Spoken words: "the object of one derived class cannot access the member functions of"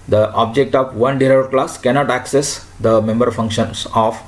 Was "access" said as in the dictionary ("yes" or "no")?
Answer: yes